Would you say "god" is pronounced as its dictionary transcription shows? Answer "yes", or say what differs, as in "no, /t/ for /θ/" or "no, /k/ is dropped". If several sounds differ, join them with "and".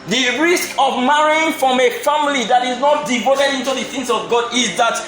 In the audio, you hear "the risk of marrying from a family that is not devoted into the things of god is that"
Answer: yes